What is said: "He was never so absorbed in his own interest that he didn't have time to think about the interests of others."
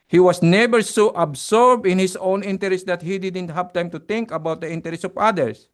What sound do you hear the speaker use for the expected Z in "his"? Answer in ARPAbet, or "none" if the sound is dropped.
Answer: S